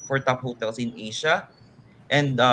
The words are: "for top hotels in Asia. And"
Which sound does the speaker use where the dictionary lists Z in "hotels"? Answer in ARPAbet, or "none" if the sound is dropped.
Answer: S